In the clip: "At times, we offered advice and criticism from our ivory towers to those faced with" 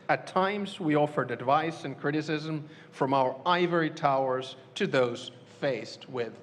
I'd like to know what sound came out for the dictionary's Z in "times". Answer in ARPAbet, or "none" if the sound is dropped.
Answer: Z